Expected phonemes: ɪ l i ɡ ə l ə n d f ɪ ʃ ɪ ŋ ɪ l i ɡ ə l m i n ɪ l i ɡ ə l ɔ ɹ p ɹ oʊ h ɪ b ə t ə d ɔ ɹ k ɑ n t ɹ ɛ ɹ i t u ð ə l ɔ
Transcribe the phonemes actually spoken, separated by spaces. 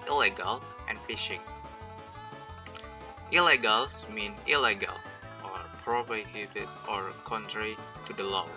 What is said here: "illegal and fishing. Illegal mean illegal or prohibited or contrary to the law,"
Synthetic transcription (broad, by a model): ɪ l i ɡ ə l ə n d f ɪ ʃ ɪ ŋ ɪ l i ɡ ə l m i n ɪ l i ɡ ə l ɔ ɹ p ɹ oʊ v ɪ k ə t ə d ɔ ɹ k ɑ n t ɹ ɛ ɹ i t u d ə l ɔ